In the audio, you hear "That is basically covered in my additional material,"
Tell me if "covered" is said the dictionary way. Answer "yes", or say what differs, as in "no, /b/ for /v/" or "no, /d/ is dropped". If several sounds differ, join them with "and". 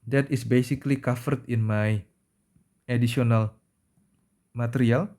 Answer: no, /f/ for /v/